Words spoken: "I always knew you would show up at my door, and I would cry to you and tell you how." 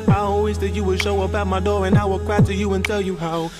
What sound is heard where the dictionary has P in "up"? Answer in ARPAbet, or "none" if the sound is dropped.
B